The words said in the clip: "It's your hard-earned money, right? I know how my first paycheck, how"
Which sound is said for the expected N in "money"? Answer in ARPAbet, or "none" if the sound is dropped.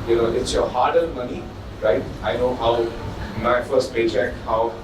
N